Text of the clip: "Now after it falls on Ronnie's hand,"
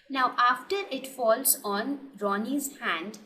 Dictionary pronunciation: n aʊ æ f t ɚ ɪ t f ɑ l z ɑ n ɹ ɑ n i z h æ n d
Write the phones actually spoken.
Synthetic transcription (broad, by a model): n aʊ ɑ f t ɚ ɪ t f ɑ l z ɑ n ɹ ɑ n i z h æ n d